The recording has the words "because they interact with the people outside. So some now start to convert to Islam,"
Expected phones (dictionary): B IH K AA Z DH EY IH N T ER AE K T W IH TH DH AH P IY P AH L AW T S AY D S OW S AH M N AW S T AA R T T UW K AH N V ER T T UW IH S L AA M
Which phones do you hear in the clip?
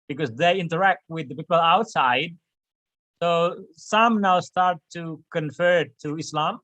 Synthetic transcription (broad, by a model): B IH K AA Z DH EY IH N T ER AE K T W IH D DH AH P IY P AH L AW T S AY D S OW S AH M N AW S T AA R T T UW K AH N F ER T T UW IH S L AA M